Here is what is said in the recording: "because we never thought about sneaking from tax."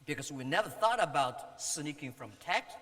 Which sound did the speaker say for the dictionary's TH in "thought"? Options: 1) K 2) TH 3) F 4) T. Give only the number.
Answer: 2